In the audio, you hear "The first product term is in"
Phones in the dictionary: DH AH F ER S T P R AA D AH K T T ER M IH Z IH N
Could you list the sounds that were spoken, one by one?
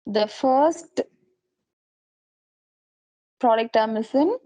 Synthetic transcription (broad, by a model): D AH F ER S T P R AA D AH K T T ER M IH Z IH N